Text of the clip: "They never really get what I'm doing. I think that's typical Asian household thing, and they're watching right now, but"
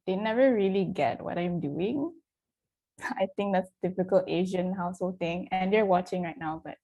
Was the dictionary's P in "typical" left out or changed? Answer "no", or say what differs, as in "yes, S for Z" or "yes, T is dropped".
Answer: yes, F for P